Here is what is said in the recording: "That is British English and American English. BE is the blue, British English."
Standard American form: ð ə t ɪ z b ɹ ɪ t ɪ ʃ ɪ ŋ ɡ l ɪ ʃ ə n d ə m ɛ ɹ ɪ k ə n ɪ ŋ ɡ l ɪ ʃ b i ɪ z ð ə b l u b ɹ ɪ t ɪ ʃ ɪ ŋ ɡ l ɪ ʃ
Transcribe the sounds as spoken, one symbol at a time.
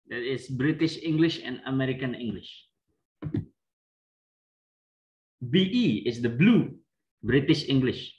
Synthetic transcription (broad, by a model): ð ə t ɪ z b ɹ ɪ t ɪ ʃ ɪ ŋ ɡ l ɪ ʃ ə n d ə m ɛ ɹ ɪ k ə n ɪ ŋ ɡ l ɪ ʃ b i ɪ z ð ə b l u b ɹ ɪ t ɪ ʃ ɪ ŋ ɡ l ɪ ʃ